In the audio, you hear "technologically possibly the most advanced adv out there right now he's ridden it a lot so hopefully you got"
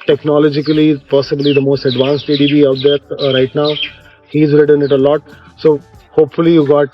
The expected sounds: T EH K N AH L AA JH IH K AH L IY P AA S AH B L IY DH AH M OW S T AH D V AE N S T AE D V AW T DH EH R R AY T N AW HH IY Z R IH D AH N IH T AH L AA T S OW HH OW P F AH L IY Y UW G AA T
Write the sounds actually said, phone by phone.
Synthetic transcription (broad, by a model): T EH K N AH L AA JH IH K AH L IY P AA S AH B L IY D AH M OW S T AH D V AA N S T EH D B AW T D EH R R AY T N AW HH IY Z R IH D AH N IH T AH L AA T S OW HH OW P F AH L IY Y UW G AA T